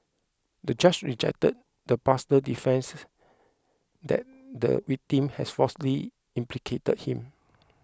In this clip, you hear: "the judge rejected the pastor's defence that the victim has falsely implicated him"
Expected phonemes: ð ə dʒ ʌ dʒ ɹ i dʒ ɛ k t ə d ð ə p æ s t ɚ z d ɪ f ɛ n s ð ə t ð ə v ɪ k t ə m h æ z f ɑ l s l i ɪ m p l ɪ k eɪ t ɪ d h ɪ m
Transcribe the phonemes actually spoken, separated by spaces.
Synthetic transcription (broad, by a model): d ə dʒ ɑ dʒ ɹ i dʒ ɛ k t ə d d ə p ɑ s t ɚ d ɪ f ɛ n s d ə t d ə w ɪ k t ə m h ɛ s f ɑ s l i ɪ m p l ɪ k eɪ t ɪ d h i m